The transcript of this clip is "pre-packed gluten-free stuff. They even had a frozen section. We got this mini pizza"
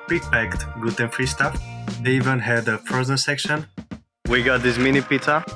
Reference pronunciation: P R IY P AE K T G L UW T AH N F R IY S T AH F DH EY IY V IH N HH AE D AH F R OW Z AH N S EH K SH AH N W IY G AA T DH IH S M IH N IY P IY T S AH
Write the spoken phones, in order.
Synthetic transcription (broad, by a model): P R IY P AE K T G UW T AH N F R IY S T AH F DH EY IY V IH N HH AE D AH P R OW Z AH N S EH K SH AH N W IY G AA T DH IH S M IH N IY P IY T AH